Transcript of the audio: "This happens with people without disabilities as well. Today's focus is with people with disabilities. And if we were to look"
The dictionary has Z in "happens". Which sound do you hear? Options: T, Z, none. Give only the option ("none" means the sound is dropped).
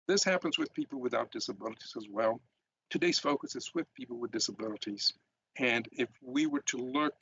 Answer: Z